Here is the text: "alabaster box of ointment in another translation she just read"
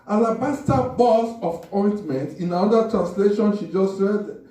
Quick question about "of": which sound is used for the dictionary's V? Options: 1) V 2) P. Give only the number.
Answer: 2